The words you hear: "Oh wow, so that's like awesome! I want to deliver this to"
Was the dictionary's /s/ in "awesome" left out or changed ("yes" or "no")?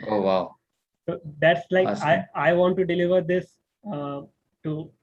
yes